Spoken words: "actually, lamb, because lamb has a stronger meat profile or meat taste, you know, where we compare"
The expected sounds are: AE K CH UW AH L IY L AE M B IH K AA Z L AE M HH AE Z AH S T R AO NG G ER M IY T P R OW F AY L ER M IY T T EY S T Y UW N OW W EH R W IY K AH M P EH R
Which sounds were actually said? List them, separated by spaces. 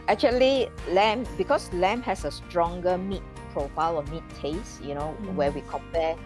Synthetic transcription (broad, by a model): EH K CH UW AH L IY L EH M B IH K AA S L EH M HH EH S AH S T R AO NG G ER M IY T P R OW F AY L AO M IY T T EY S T Y UW N OW W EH W IY K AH M P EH